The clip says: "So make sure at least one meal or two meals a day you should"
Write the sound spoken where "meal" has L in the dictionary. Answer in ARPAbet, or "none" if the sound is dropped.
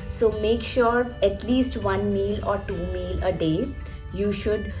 L